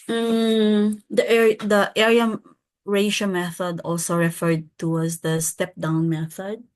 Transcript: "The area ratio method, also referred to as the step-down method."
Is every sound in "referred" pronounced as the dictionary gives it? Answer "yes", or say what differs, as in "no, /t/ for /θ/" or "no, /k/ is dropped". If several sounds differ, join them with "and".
yes